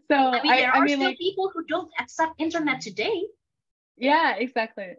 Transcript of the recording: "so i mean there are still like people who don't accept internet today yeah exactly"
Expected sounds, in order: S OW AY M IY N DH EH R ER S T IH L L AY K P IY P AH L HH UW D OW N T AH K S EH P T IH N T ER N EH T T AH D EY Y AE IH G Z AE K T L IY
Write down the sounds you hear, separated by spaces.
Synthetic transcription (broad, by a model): S OW AY M IY N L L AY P IY P L HH UW D OW N T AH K S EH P IH N T ER N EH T T AH D EY Y AE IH G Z AE K T L IY